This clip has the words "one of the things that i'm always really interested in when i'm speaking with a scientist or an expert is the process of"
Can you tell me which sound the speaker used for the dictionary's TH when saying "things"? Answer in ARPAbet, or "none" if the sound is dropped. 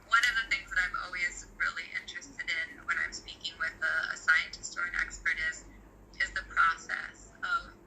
TH